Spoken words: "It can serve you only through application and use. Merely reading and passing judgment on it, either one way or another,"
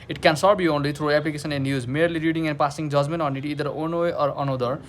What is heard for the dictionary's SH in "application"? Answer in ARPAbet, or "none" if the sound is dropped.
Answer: S